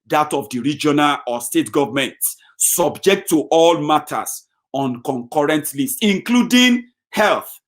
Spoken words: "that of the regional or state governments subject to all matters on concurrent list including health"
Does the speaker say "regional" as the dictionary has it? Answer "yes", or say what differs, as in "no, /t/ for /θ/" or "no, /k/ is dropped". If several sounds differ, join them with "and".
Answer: yes